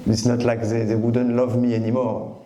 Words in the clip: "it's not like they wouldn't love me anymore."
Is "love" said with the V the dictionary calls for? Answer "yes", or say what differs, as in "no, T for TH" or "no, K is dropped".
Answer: yes